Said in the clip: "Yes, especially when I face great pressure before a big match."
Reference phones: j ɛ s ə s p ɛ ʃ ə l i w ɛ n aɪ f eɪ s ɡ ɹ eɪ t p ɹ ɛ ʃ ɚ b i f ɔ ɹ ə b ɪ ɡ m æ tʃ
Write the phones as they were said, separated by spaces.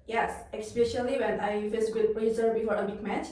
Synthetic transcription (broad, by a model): j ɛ s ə s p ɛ ʃ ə l i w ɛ n aɪ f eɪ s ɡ ʊ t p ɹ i s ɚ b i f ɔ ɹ ə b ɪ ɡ m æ tʃ